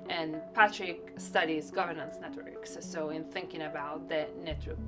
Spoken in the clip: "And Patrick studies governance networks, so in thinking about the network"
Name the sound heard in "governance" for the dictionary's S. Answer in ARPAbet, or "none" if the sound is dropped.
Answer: S